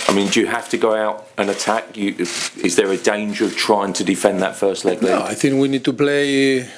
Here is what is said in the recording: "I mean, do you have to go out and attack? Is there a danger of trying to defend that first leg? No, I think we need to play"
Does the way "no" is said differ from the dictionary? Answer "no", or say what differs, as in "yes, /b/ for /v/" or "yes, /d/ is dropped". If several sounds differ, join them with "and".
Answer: yes, /l/ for /n/